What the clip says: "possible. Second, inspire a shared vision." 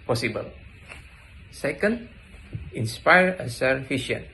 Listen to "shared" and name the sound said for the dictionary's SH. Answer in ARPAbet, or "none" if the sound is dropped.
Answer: S